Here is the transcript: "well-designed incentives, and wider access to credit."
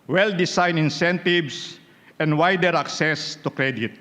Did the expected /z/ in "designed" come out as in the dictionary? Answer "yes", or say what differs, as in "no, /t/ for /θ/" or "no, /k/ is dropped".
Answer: no, /s/ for /z/